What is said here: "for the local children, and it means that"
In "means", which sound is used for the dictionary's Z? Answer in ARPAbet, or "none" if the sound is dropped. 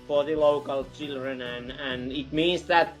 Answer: S